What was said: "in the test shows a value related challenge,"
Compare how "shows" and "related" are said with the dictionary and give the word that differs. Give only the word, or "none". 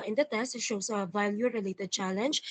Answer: shows